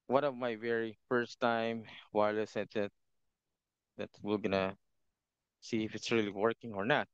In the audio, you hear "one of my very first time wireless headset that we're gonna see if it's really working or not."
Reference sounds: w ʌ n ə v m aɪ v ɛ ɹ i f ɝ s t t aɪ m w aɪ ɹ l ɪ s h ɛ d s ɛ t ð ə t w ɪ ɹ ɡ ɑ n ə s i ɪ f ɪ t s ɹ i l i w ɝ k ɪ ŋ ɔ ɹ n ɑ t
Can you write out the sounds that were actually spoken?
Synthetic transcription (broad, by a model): w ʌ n ə v m aɪ v ɛ ɹ i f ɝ s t t aɪ m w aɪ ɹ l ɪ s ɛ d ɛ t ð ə t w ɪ l ɡ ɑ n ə s i ɪ f ɪ t s ɹ i l i w ɝ k ɪ ŋ ɔ ɹ n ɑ t